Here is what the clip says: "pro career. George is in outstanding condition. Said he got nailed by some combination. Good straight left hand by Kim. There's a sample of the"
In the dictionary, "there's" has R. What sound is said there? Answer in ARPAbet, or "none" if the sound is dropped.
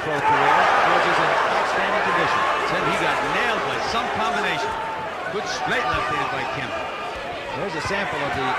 W